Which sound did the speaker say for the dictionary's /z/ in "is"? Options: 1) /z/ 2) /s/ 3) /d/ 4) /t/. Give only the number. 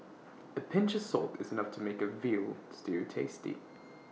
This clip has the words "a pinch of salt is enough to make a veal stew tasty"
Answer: 1